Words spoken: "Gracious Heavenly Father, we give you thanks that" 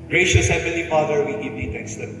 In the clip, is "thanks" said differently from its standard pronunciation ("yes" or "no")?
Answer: yes